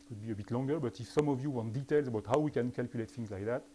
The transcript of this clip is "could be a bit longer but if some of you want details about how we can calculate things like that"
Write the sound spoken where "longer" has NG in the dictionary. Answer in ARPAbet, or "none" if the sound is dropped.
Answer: NG